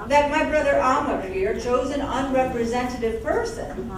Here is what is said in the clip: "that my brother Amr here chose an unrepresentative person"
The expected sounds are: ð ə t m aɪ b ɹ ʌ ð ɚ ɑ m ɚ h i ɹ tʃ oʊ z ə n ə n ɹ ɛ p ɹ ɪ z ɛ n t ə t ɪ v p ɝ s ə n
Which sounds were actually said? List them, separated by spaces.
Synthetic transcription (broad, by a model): ð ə t m aɪ b ɹ ʌ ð ɚ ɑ m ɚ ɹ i ɹ tʃ oʊ z ə n ə n ɹ ɛ p ɹ ɪ z ɛ n t ə t ɪ v p ɝ s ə n